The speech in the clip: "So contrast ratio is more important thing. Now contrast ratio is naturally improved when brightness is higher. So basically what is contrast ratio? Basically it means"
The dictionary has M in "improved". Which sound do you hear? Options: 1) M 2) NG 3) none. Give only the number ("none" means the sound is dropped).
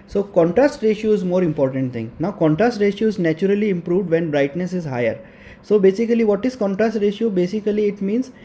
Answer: 1